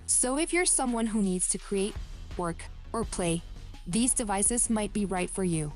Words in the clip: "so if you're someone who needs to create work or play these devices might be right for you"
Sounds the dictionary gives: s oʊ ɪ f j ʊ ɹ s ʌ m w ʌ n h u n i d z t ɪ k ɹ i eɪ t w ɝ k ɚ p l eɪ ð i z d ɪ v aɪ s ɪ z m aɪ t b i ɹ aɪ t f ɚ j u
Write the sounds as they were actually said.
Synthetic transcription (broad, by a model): s oʊ ɪ f j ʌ ɹ s ʌ m w ʌ n h u n i d z t ɪ k ɹ i eɪ t w ɝ k ɚ p l eɪ ð i z d ɪ v aɪ s ɪ z m aɪ t b i ɹ aɪ t f ɚ j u